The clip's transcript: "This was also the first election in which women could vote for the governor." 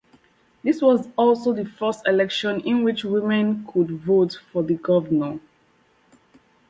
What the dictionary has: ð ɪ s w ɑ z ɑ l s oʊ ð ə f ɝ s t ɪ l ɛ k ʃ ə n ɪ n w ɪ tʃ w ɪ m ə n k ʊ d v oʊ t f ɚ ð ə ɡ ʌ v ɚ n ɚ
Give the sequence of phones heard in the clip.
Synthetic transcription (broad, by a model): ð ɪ s w ɑ z ɑ l s oʊ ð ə f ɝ s t ɪ l ɛ k ʃ ə n ɪ n w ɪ tʃ w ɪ m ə n k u d v oʊ t f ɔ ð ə ɡ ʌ v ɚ n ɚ